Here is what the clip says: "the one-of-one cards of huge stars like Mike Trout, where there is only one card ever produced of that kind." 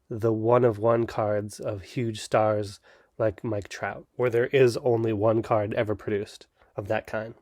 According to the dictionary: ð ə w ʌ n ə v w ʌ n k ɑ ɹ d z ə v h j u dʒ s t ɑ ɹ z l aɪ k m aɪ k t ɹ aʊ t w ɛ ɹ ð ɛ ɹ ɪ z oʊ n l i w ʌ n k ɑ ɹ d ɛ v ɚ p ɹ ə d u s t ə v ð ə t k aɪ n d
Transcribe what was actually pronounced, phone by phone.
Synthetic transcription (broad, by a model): ð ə w ʌ n ə v w ʌ n k ɑ ɹ d z ə v h j u dʒ s t ɑ ɹ z l aɪ k m aɪ k t ɹ aʊ t w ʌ ɹ ð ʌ ɹ ɪ z oʊ n l i w ʌ n k ɑ ɹ d ɛ v ɚ p ɹ ə d u s t ə v ð ə t k aɪ n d